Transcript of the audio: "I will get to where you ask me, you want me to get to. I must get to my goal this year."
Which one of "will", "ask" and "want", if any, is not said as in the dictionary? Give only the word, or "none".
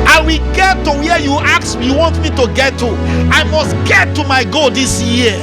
ask